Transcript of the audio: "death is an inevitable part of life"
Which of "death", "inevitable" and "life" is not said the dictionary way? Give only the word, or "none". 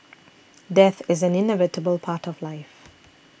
none